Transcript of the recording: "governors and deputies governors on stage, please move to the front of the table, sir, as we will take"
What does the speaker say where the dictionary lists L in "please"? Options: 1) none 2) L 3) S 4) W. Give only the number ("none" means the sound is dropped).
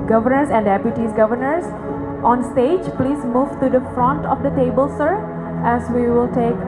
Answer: 2